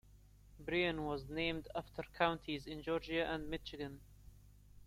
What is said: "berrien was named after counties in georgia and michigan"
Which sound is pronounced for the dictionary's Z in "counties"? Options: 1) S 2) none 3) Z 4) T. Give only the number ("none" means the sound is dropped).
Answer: 3